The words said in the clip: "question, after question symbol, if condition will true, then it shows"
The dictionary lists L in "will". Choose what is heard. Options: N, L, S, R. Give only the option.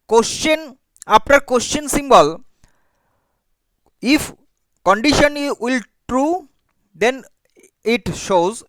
L